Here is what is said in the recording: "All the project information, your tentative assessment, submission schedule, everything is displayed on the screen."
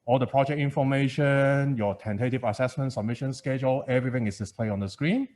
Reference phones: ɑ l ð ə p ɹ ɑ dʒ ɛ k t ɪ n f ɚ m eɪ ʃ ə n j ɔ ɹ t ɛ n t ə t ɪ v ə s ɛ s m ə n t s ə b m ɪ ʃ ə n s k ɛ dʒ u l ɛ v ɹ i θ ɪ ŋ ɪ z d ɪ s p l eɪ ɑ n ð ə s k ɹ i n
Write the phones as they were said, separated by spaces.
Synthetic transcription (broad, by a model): ɑ l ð ə p ɹ ɑ dʒ ɛ k t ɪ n f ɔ m eɪ ʃ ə n j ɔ t ɛ n t ə t ɪ v ə s ɛ s m ə n t s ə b m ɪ ʃ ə n s k ɛ dʒ u l ɛ v ɹ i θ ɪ ŋ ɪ s d ɪ s p l eɪ ɑ n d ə s k ɹ i n